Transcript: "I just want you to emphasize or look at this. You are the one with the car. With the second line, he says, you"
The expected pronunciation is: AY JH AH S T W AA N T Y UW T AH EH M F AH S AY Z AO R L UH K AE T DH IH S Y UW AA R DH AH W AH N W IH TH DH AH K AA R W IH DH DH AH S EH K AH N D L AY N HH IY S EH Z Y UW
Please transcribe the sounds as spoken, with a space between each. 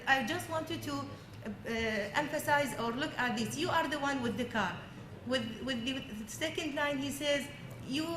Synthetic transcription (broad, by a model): AY JH AH S T W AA N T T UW T EH M F AH S AY Z AO R L UH K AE T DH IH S Y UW AA R DH AH W AH N W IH DH AH K AA R W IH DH DH AH S EH K AH N D L AY N HH IY S EH Z Y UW